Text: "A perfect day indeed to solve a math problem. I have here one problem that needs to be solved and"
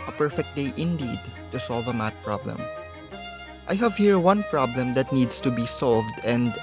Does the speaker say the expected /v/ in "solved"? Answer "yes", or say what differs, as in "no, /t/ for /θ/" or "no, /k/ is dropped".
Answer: yes